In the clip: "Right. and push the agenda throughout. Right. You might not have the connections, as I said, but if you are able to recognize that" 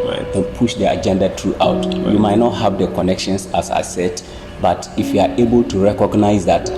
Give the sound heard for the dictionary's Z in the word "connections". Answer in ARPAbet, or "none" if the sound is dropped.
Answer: S